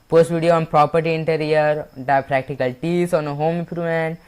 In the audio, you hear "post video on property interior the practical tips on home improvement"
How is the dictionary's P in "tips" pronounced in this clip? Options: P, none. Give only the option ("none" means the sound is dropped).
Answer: none